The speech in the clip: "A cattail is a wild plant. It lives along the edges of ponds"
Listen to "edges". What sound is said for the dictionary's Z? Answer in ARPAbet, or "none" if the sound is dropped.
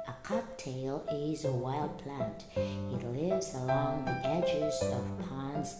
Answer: Z